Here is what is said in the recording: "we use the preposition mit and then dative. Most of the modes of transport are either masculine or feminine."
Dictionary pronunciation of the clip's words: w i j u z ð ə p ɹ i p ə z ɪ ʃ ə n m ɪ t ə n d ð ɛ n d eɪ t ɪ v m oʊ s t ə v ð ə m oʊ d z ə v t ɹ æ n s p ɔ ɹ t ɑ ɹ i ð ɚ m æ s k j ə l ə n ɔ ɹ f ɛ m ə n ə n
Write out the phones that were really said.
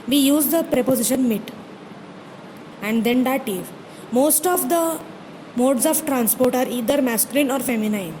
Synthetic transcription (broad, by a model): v i j u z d ə p ɹ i p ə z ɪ ʃ ə n m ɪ t ə n d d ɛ n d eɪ t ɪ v m oʊ s t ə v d ə m oʊ d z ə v t ɹ æ n s p ɔ ɹ t ɑ ɹ i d ɚ m æ s k j ə l ə n ɔ ɹ f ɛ m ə n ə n